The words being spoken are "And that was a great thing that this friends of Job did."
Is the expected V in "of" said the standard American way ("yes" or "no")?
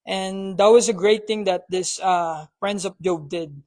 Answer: no